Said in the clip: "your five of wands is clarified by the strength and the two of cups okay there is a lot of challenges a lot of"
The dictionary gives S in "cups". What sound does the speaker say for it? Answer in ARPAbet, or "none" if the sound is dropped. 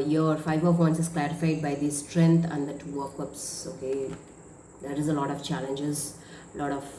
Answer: S